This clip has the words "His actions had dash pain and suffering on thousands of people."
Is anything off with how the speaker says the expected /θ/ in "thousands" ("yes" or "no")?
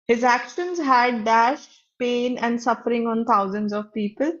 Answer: yes